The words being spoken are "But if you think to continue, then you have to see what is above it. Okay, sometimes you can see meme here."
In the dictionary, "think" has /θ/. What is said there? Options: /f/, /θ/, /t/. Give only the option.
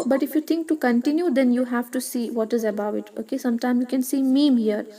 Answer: /t/